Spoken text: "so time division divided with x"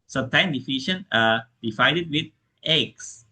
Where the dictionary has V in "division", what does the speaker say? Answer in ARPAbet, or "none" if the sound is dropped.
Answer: F